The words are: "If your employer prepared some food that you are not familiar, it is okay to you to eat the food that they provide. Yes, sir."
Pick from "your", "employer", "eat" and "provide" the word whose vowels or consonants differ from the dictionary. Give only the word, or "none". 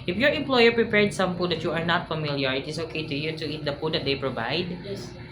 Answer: none